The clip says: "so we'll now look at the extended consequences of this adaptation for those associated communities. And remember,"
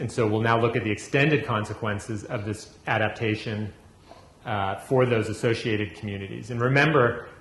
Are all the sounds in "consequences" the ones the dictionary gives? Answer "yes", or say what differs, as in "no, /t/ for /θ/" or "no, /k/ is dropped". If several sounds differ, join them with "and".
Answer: yes